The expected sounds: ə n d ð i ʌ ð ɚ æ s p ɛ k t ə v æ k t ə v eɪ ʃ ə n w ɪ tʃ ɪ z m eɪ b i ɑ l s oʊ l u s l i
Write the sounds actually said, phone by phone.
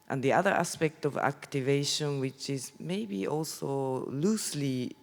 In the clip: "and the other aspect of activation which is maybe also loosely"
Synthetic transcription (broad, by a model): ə n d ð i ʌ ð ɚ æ s p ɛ k t ə v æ k t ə v eɪ ʃ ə n w ɪ tʃ ɪ z m eɪ b i ɑ l s oʊ l u s l i